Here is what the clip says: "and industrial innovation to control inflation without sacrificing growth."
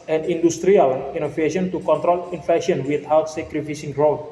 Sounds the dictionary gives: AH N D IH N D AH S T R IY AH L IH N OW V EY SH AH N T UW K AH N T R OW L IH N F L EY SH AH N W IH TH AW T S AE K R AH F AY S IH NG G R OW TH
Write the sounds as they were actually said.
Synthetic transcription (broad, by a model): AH N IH N D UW S T R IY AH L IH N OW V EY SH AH N T UW K AH N T R OW L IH N F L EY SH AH N W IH T AW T S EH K R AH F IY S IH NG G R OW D